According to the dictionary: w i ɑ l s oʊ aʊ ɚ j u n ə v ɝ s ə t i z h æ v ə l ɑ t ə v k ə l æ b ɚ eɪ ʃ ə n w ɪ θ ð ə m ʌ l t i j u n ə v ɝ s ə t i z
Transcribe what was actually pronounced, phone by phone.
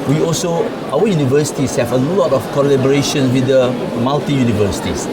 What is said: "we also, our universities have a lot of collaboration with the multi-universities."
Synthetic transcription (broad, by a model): w i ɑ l s oʊ aʊ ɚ j u n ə v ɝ s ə t i s h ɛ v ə l ɑ t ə f k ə l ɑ b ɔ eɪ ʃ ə n w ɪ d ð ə m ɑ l t i j u n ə v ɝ s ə t i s